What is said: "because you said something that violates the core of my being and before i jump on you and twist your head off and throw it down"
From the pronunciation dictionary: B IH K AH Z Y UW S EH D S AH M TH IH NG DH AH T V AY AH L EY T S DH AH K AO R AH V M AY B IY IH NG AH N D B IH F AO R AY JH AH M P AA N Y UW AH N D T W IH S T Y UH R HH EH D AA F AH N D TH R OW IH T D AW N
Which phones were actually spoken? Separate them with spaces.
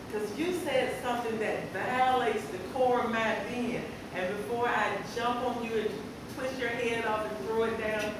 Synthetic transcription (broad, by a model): K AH Z Y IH S EH D S AH M TH IH NG DH AH T V AY AH L EY T S DH AH K AO R AH V M AY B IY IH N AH N B IH F AO R AY JH AH M P N Y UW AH N T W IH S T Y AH R HH EH D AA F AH N TH R OW IH T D AW N